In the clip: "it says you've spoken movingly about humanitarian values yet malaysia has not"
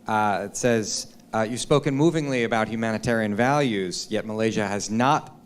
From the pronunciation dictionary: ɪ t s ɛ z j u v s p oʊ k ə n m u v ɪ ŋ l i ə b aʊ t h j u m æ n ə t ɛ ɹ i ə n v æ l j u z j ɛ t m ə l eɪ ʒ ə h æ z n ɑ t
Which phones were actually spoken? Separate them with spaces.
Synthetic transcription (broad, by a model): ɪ t s ɛ z j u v s p oʊ k ə n m u v ɪ ŋ l i ə b aʊ t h j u m æ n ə t ɛ ɹ i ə n v æ l j u z j ɛ t m ə l eɪ ʒ ə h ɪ z n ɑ t